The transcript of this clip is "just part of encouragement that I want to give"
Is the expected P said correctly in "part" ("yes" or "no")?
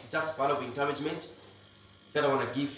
no